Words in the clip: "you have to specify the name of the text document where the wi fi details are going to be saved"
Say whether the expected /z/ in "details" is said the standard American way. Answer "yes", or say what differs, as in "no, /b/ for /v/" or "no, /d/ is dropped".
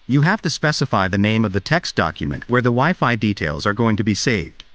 yes